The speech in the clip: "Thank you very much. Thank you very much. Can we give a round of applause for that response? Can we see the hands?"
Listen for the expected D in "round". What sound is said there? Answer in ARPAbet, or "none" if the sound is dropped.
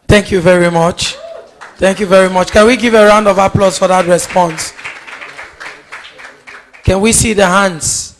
D